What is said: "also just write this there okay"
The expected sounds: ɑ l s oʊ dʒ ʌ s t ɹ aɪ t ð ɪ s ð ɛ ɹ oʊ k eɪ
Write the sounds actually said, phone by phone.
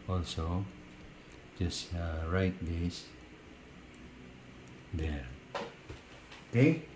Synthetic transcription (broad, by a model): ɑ l s oʊ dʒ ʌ s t ɹ aɪ t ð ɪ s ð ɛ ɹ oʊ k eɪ